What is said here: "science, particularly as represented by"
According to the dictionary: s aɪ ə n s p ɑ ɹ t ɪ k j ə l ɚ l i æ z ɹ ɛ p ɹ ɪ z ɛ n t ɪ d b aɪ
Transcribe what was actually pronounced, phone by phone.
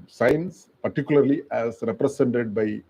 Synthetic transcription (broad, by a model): s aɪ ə n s p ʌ ɹ t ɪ k j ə l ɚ l i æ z ɹ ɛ p ɹ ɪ s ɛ n t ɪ d b aɪ